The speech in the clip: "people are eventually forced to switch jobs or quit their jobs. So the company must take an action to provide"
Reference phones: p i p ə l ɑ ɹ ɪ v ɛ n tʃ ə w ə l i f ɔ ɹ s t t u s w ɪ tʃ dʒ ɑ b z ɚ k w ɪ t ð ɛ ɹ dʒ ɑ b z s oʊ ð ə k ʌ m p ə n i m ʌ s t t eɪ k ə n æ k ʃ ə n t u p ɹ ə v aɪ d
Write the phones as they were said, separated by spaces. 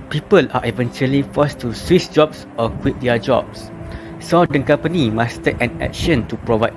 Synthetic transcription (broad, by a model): p i p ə l ɑ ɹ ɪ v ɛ n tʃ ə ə l i f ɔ s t t u s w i s dʒ ɑ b s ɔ k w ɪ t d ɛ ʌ dʒ ɑ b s s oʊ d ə k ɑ m p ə n i m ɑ s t t eɪ k ə n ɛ k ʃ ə n t u p ɹ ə v aɪ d